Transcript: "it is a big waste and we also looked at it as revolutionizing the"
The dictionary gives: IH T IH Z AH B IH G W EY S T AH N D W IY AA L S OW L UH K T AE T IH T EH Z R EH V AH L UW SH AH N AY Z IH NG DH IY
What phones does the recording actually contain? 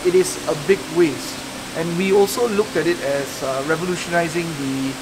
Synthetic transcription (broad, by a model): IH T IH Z AH B IH G W EY S T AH N W IY AA L S OW L UH K T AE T IH T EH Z R EH V AH L UW SH AH N AY Z IH NG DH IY